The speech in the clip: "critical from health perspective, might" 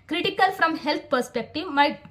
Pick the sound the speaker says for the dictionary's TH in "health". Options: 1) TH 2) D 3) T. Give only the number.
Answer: 3